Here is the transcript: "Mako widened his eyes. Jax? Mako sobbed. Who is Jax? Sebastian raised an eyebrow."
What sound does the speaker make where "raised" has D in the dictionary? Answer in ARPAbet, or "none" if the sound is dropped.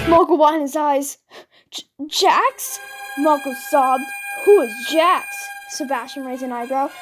none